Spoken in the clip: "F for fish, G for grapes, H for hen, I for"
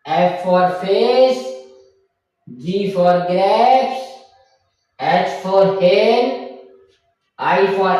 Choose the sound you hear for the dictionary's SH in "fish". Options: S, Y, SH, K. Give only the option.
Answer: S